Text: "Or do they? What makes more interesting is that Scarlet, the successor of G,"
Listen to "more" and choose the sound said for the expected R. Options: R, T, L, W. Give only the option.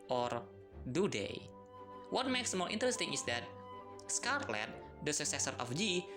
L